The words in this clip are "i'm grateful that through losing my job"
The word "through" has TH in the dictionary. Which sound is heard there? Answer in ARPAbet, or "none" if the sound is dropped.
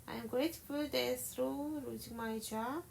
S